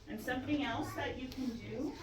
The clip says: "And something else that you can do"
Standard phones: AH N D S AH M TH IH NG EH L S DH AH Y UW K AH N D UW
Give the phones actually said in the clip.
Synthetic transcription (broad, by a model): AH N S AH M TH IH NG EH L S DH AH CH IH K AH N D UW